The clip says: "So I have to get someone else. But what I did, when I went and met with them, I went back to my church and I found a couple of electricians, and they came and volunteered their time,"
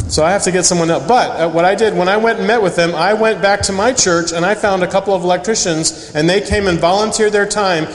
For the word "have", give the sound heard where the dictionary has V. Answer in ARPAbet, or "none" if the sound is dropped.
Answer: F